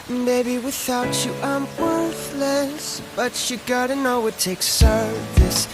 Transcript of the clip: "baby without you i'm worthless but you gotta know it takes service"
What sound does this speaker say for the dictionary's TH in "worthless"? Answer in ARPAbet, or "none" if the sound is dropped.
TH